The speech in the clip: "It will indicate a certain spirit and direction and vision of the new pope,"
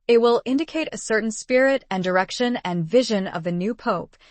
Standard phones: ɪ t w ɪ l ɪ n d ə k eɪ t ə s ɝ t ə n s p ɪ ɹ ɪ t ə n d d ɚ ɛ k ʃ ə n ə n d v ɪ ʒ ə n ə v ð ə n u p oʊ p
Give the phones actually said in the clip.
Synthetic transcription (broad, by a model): ɪ t w ɪ l ɪ n d ə k eɪ t ə s ɝ t n s p ɪ ɹ ɪ t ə n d d ɚ ɛ k ʃ ə n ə n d v ɪ ʒ ə n ə v ð ə n u p oʊ p